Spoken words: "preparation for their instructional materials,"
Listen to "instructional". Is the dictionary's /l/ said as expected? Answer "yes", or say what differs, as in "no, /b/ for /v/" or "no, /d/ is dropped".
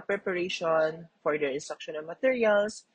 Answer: no, /n/ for /l/